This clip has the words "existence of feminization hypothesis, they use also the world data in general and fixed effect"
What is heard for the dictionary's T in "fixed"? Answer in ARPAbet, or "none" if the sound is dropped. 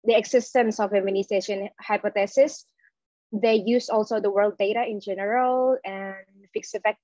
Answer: none